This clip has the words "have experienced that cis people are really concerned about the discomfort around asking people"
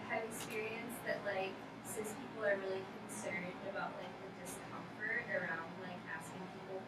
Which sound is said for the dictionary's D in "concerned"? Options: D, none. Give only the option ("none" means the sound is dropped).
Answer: D